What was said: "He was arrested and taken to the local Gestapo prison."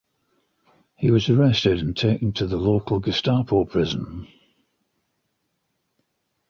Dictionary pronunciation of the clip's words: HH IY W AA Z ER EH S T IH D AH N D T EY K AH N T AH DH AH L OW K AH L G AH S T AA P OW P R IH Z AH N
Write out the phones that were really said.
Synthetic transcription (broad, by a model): HH IY W AA Z ER EH S T IH D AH N T EY K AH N T AH DH AH L OW K AH L G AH S T AA P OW P R IH Z AH N